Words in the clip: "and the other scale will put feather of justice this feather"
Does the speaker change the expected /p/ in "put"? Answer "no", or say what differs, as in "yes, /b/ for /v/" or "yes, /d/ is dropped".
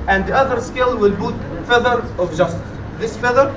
yes, /b/ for /p/